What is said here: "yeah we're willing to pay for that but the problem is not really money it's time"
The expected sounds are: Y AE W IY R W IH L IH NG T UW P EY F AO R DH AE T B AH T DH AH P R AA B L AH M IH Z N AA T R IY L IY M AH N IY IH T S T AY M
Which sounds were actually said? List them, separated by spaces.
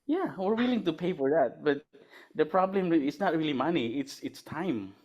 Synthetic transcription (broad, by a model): Y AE W IY R W IH L IH NG T UW P EY F AO R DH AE T B AH T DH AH P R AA B L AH M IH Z N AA T R IY L IY M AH N IY IH T S T AY M